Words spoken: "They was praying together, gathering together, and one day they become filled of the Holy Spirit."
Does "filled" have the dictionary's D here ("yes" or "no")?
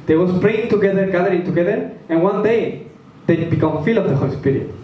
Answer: no